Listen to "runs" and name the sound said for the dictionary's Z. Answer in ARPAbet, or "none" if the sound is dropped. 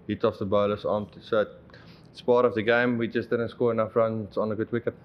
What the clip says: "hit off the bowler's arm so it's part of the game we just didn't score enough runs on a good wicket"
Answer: S